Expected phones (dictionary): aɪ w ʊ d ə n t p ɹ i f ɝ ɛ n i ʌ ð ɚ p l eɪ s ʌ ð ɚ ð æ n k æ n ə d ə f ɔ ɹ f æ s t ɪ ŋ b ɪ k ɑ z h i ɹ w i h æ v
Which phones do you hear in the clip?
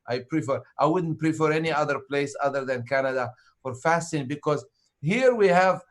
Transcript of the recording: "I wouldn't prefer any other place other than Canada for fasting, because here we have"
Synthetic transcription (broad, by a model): aɪ w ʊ d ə n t p ɹ i f ɝ ɛ n i ʌ ð ɚ p l eɪ s ʌ ð ɚ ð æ n k æ n ə d ə f ɔ ɹ f æ s t ɪ ŋ b ɪ k ɑ z h i ɹ w i h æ v